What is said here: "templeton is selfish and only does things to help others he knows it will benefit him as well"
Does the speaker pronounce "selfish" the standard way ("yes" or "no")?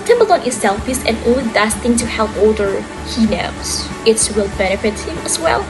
no